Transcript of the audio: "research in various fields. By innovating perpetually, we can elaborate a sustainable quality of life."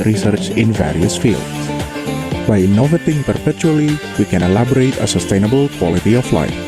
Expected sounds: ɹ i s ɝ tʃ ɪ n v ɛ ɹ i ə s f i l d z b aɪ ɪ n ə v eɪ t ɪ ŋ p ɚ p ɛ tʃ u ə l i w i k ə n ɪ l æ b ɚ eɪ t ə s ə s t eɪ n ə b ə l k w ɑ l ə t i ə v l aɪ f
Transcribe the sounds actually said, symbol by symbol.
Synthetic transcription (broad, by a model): ɹ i s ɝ tʃ ɪ n v ɛ ɹ i ə s f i l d s b aɪ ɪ n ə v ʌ t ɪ ŋ p ɚ p ɛ tʃ u ə l i w i k ə n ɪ l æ b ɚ eɪ t ə s ə s t eɪ n ə b ə l k w ɑ l ə t i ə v l aɪ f